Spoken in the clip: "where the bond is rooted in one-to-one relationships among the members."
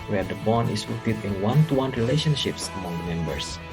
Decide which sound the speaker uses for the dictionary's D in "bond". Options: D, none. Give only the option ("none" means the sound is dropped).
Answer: none